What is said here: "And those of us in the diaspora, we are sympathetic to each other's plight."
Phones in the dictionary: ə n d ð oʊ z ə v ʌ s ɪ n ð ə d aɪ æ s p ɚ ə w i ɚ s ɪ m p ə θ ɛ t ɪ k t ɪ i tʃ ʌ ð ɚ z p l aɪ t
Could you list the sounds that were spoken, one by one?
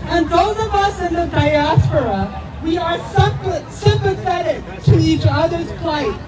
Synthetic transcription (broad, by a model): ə n ð oʊ z ə v ʌ s ɪ n ð ə d aɪ æ s p ɚ ə w i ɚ s ɪ m p ə θ ɛ t ɪ k t ɪ i tʃ ʌ ð ɚ z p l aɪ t